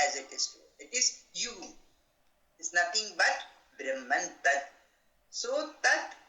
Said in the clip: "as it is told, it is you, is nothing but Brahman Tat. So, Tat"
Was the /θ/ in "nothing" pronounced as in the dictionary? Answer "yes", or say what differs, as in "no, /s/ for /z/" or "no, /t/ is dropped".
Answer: no, /t/ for /θ/